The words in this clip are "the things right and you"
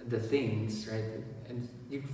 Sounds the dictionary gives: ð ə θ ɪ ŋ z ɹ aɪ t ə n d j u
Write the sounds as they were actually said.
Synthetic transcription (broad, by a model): ð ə θ ɪ ŋ z ɹ aɪ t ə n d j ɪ